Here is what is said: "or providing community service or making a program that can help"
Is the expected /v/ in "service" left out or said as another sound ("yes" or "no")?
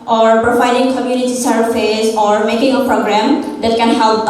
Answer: yes